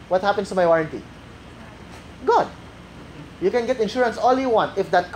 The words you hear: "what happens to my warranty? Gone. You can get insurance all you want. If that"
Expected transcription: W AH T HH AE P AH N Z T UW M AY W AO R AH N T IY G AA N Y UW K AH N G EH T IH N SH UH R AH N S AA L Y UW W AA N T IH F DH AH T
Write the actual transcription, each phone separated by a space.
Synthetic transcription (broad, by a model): W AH T HH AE P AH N S T UW M AY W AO R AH N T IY G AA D Y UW K AH N G EH T IH N SH UH R AH N S AA L Y UW W AA N T IH F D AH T